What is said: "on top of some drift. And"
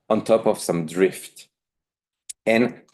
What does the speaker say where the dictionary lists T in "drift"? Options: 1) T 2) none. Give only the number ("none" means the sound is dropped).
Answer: 1